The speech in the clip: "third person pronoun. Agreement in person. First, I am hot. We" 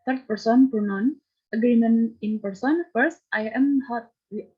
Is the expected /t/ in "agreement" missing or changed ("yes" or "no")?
yes